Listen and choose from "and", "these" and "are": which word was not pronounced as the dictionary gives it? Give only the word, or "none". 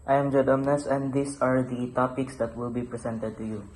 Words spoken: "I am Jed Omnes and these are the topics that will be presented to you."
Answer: these